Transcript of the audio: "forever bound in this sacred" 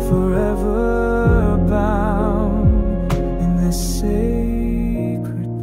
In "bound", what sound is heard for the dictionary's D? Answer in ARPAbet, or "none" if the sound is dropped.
none